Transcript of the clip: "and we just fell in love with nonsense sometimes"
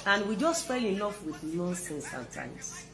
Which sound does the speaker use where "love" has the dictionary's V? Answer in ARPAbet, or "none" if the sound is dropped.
F